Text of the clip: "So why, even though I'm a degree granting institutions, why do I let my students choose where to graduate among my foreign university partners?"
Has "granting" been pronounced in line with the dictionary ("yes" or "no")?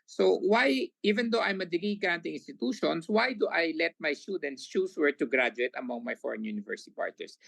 no